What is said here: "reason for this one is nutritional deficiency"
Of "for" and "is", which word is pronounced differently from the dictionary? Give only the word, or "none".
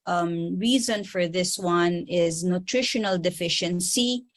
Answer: none